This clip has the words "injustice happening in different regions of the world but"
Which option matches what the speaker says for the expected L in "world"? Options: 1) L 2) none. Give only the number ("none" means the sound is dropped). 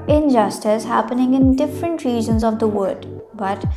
2